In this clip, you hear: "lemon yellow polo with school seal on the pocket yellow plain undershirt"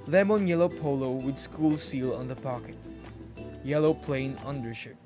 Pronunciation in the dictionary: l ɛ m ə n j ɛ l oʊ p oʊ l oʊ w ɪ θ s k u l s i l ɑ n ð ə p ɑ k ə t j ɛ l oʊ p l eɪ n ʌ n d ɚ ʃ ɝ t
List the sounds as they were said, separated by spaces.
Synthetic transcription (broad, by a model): l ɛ m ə n j ɛ l oʊ p oʊ l oʊ w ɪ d s k u l s i l ɑ n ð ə p ɑ k ə t j ɛ l oʊ p l eɪ n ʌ n d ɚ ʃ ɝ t